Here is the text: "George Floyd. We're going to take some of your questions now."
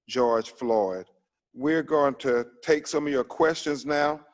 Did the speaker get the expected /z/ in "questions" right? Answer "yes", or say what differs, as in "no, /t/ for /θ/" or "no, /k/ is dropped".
yes